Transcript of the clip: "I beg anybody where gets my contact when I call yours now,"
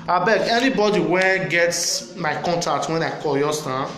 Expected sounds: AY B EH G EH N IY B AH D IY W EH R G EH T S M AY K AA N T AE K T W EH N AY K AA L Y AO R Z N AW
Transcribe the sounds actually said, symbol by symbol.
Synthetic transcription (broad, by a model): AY B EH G EH N IY B AH D IY W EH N G EH T S M AY K AA N T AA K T W EH N AY K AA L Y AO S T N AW